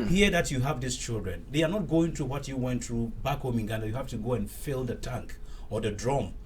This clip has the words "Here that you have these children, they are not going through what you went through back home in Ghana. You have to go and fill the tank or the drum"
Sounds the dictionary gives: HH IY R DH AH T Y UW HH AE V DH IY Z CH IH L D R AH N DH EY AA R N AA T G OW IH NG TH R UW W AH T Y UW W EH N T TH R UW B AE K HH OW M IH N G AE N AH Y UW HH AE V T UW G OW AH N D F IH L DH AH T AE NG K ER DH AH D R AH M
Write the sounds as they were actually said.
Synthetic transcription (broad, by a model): HH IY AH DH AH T Y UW HH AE V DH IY S CH IH L D R AH N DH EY AA R N AA T G OW IH NG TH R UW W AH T Y UW W EH N T TH R UW B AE K HH OW M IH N G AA N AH Y UW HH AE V T UW G OW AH N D F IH L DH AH T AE NG K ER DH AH D R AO M